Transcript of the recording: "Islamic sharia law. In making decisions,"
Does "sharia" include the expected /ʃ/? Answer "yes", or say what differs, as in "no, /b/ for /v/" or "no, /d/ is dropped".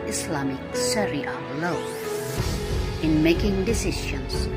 no, /s/ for /ʃ/